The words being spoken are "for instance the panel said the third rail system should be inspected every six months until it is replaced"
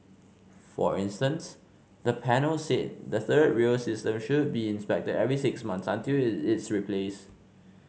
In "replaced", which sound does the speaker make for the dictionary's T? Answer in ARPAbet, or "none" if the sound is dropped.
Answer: none